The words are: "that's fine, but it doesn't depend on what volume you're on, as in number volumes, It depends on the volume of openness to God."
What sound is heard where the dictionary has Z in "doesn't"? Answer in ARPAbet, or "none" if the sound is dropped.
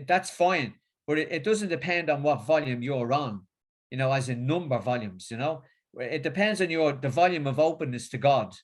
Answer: Z